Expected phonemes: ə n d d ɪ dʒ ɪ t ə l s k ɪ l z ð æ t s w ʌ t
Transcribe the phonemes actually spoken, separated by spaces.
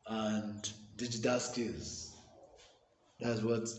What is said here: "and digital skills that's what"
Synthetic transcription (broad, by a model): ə n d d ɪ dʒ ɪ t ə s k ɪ z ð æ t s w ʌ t